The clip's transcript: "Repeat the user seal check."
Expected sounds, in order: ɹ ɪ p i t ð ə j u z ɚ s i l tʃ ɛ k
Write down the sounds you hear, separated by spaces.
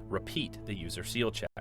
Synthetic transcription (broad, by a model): ɹ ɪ p i t ð ə j u z ɚ s i l tʃ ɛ